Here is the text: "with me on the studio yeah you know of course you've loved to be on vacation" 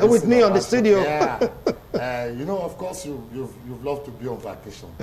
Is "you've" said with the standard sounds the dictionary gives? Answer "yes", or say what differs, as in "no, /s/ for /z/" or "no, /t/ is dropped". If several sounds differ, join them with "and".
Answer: yes